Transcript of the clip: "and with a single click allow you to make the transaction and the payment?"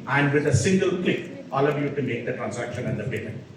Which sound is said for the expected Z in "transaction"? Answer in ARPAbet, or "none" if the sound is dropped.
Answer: S